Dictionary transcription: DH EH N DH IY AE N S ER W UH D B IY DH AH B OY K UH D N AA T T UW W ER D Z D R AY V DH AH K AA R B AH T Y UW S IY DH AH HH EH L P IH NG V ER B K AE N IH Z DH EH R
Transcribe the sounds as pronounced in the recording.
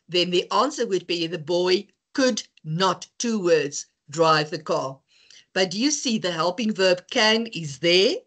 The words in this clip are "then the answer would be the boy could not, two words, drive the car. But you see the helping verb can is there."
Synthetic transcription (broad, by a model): DH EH N DH IY AE N S ER W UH D B IY DH AH B OY K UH D N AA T T UW W ER D Z D R AY V DH AH K AA R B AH T Y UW S IY DH AH HH EH L P IH NG V ER B K AE N IH Z DH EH R